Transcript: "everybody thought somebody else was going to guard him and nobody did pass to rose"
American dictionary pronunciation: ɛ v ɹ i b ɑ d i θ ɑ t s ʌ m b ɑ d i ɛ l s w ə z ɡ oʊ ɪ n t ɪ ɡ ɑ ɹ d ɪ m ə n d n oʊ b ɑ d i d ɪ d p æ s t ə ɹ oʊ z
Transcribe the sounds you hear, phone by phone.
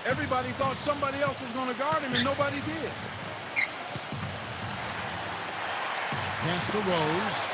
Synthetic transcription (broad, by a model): ɛ v ɹ i b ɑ d i θ ɑ t s ʌ m b ɑ d i ɛ l s w ə z ɡ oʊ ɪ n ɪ ɡ ɑ ɹ d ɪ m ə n n oʊ b ɑ d i d ɪ d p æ s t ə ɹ oʊ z